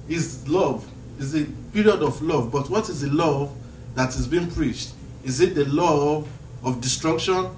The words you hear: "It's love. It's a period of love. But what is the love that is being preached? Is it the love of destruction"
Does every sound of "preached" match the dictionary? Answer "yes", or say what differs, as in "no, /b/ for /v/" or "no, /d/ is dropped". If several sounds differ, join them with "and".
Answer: yes